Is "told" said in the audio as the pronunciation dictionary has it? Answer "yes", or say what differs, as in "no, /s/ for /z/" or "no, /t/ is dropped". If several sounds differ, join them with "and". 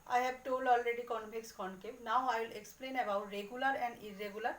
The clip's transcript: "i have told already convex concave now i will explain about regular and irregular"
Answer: no, /d/ is dropped